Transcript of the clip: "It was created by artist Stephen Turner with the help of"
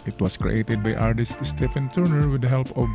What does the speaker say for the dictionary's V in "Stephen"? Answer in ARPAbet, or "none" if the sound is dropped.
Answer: F